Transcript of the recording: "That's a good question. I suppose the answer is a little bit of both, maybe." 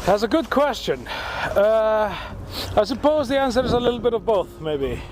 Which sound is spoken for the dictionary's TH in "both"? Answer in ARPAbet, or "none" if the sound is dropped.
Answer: TH